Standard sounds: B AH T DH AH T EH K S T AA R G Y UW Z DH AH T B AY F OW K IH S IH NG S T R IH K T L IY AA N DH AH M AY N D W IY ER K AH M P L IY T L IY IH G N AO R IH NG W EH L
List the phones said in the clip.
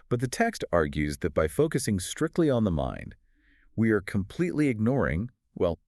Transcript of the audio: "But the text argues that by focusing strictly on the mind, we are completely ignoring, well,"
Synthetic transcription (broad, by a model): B AH T DH AH T EH K S T AA R G Y UW Z DH AH T B AY F OW K IH S IH NG S T R IH K T L IY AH N DH AH M AY N D W IY ER K AH M P L IY T L IY IH G N AO R IH NG W EH L